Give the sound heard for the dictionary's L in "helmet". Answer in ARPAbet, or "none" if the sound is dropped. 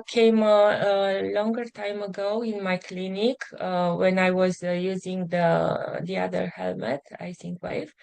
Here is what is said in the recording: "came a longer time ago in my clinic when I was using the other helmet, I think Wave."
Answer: L